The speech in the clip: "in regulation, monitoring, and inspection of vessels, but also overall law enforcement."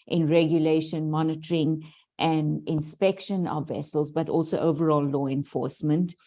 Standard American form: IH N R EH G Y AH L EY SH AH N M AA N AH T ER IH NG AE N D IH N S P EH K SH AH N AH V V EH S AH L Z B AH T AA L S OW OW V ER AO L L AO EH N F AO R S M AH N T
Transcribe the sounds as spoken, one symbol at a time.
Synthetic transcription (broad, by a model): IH N R EH G Y AH L EY SH AH N M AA N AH T ER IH NG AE N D IH N S P EH K SH AH N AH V V EH S AH L Z B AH T AA L S OW OW V ER AO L L AO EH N F AO R S M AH N T